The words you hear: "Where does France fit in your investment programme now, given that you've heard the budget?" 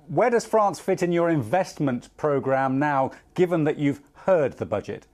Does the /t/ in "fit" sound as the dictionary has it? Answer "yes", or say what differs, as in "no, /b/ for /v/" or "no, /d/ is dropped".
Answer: yes